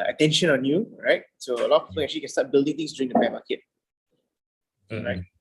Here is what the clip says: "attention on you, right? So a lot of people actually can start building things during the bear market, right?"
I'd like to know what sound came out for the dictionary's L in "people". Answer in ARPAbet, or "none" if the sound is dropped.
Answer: N